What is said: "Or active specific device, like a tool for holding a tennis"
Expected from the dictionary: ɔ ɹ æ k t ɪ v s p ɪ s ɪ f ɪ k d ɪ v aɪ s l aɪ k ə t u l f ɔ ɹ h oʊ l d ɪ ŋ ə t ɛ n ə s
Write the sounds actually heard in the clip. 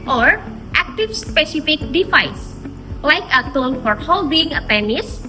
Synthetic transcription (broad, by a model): ɔ ɹ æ k t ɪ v s p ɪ s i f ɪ k d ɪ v aɪ s l aɪ k ə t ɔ n f ɔ ɹ h oʊ l d ɪ ŋ ə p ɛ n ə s